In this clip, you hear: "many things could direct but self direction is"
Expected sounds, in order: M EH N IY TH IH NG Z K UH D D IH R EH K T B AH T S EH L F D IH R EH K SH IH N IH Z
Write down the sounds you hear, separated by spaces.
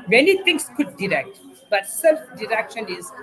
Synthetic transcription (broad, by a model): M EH N IY T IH NG S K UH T D IH R EH K T B AH T S EH L F D IH R EH K SH IH N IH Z